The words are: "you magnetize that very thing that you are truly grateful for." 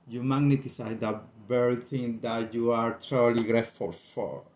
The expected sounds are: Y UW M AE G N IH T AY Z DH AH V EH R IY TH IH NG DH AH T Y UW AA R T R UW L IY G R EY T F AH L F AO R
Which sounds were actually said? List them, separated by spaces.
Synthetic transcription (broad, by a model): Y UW M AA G N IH T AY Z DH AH B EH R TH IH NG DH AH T Y UW AA R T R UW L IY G R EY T F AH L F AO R